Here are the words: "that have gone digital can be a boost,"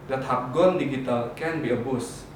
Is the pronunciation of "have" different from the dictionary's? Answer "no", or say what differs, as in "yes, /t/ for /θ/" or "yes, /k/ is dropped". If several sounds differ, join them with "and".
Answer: yes, /p/ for /v/